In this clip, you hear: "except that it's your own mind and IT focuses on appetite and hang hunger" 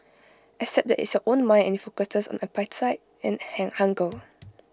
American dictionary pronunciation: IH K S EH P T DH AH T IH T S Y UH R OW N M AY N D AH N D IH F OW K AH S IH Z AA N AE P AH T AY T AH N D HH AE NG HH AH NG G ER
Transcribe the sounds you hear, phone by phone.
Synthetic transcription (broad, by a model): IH S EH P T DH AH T IH T S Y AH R OW N M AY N AH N IH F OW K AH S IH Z AA N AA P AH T AY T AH N HH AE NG HH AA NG G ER